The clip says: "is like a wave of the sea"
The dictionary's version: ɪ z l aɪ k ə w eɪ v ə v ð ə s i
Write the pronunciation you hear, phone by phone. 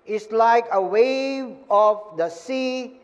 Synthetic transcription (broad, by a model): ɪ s l aɪ k ə w eɪ v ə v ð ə s i